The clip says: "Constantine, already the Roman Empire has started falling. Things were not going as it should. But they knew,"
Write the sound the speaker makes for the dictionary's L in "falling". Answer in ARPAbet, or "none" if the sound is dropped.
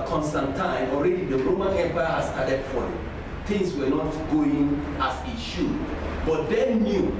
none